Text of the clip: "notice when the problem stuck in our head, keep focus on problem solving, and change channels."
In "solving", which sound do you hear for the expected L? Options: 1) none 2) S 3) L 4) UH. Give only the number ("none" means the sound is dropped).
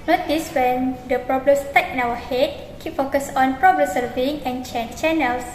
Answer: 1